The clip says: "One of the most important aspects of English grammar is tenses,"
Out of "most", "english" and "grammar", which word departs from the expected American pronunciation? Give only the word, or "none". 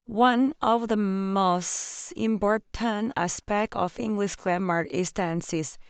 grammar